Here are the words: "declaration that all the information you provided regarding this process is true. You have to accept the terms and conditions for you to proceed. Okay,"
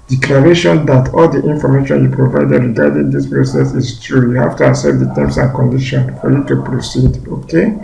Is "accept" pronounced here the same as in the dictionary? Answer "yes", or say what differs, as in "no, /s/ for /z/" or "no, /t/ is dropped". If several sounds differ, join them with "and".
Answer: no, /k/ is dropped